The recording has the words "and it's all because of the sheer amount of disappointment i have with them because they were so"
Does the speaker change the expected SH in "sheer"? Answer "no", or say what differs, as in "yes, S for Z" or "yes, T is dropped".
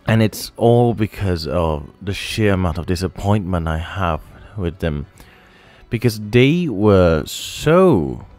no